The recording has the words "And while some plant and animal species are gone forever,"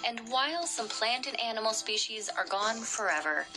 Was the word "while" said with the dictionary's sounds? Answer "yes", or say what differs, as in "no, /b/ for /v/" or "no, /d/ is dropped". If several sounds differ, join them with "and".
yes